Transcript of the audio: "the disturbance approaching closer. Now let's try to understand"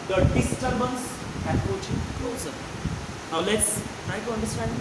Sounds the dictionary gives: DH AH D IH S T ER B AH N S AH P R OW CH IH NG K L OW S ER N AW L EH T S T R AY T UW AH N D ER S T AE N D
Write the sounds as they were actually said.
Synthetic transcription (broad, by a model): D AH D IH S T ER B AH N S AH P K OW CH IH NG K L OW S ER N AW L EH T S T R AY T UW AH N D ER S T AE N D